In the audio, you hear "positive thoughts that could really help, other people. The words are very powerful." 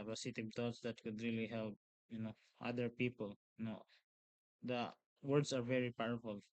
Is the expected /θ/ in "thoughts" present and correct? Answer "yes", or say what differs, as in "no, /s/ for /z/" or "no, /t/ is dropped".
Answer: no, /t/ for /θ/